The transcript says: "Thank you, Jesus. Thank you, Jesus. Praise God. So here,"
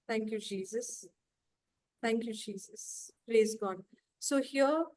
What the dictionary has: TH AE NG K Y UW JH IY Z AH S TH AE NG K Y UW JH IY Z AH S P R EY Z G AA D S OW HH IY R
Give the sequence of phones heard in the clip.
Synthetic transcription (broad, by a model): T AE NG K Y UW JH IY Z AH S T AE NG K Y UW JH IY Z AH S P R EY Z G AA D S OW HH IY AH